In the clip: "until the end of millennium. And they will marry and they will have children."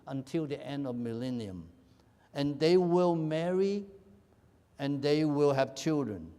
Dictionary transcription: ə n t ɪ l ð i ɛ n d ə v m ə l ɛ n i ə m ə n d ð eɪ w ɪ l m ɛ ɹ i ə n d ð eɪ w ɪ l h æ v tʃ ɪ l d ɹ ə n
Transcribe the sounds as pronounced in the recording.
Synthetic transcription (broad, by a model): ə n t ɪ l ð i ɛ n d ə v m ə l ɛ n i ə m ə n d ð eɪ w ɪ l m ɛ ɹ i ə n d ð eɪ w ɪ l h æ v tʃ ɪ l d ɹ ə n